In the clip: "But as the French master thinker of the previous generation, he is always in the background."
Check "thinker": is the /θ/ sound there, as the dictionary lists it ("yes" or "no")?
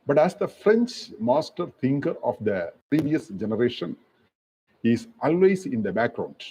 no